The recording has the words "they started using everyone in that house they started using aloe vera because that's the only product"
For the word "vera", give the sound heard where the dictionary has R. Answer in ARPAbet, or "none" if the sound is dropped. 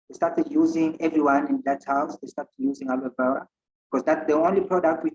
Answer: W